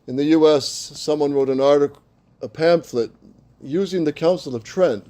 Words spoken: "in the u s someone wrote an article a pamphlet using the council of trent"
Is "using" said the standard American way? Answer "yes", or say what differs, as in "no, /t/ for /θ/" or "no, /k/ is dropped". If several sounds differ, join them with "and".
yes